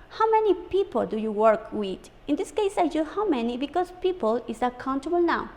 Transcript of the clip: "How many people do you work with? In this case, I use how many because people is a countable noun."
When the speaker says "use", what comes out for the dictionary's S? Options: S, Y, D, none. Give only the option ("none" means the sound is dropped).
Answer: none